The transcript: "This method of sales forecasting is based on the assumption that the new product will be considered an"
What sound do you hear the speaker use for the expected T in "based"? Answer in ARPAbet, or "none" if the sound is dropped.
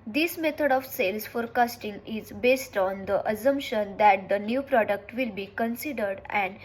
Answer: T